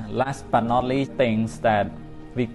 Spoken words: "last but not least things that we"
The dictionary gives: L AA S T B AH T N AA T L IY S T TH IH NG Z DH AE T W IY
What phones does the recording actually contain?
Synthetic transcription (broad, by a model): L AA S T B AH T N AA T L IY T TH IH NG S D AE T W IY